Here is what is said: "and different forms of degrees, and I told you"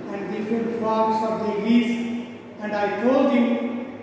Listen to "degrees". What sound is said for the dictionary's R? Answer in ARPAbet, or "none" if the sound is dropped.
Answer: none